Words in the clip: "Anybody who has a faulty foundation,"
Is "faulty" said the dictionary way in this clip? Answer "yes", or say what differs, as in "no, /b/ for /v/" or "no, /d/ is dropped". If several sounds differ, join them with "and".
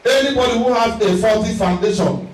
no, /l/ is dropped